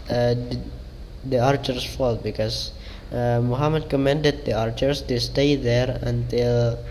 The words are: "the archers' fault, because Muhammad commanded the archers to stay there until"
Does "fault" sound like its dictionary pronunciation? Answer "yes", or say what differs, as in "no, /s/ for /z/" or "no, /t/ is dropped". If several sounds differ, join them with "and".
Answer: yes